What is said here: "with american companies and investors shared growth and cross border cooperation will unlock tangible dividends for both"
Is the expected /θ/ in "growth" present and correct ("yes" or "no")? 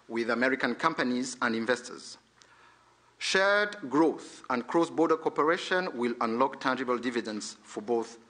yes